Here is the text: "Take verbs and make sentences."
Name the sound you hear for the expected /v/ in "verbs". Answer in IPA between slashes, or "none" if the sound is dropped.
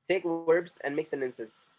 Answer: /w/